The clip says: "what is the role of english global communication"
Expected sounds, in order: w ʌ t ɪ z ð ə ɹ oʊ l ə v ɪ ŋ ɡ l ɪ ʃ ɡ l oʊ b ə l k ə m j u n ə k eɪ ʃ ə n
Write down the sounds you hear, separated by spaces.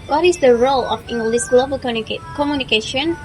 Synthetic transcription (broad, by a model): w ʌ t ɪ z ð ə ɹ oʊ l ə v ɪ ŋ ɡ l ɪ s ɡ l oʊ b ə l k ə m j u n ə k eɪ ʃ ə n